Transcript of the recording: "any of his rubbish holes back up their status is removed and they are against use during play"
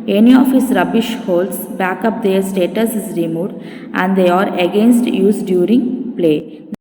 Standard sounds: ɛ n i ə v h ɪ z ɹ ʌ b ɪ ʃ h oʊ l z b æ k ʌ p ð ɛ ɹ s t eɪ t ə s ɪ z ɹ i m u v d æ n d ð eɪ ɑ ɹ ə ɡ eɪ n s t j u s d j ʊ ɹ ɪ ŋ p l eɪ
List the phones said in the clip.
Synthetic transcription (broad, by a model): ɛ n i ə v h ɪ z ɹ ʌ b ɪ ʃ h oʊ l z b æ k ʌ p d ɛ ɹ s t eɪ t ə s ɪ z ɹ i m u v d æ n d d eɪ ɑ ɹ ə ɡ eɪ n s t j u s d j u ɹ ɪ ŋ p l eɪ